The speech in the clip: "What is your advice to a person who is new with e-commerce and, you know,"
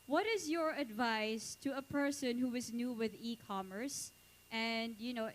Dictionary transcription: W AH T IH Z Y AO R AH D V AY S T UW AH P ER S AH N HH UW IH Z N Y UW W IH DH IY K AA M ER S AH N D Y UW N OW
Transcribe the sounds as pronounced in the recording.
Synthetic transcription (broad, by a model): W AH T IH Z Y AO R AH D V AY S T UW AH P ER S AH N HH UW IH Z N Y UW W IH DH IY K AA M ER S AH N D Y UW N OW